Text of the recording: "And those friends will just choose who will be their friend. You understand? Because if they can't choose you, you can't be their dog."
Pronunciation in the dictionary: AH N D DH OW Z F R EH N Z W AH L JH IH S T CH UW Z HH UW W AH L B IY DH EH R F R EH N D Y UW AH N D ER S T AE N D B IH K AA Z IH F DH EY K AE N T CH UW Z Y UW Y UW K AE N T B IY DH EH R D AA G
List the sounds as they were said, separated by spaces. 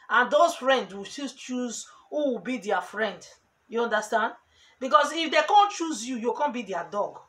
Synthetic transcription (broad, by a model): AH N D OW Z F R EH N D W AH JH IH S CH UW Z HH UW W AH B IY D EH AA F R EH N D Y UW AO N D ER S T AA N D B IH K AA S IH F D EY K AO N CH UW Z Y UW Y UW K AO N B IY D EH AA D AA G